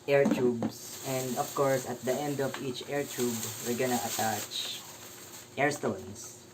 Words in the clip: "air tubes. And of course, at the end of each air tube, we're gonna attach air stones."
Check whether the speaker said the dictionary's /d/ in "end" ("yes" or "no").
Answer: yes